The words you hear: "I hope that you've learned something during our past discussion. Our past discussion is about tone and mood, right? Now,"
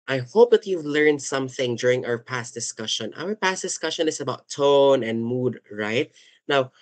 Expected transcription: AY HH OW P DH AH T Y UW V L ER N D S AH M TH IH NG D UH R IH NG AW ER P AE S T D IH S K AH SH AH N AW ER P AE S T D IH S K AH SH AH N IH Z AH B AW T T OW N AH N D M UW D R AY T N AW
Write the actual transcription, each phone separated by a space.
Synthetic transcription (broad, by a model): AY HH OW P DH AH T Y UW V L ER N D S AH M TH IH NG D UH R IH NG AW ER P AE S T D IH S K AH SH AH N AW ER P AE S T D IH S K AH SH AH N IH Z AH B AW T T OW N AH N D M UW D R AY T N AW